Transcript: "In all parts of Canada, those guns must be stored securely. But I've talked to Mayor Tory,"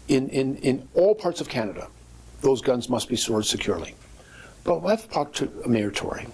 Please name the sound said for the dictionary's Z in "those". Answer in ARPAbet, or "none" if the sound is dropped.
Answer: Z